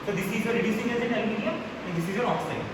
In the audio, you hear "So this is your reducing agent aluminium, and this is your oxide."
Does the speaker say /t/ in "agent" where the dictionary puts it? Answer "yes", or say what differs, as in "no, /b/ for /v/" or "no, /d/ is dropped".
no, /t/ is dropped